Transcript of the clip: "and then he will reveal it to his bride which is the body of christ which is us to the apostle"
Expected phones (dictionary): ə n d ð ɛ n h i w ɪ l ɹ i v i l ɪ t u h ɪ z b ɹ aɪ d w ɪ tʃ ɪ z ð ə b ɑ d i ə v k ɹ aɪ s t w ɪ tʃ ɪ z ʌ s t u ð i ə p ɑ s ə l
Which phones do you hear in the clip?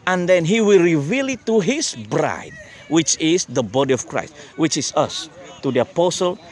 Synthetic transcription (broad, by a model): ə n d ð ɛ n h i w ɪ l ɹ i v i l ɪ t u h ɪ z b ɹ aɪ d w ɪ tʃ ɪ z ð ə b ɑ d i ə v k ɹ aɪ s t w ɪ tʃ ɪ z ʌ s t u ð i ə p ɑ s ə l